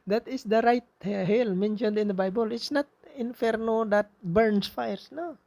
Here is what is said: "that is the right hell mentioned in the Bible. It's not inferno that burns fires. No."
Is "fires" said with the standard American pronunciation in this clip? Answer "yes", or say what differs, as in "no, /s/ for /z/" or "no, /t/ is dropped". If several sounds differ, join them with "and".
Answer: no, /s/ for /z/